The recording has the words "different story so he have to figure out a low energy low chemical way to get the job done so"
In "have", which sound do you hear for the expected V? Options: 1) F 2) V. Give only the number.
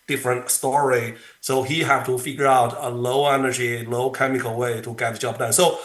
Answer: 1